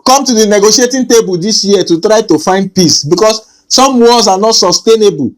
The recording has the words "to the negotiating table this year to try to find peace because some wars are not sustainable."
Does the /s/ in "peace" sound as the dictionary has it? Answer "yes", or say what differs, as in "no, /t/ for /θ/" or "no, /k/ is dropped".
yes